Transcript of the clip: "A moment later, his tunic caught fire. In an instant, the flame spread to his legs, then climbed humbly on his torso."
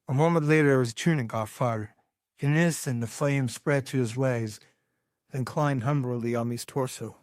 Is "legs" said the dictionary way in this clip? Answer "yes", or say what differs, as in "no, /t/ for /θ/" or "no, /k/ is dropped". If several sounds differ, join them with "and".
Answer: no, /w/ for /l/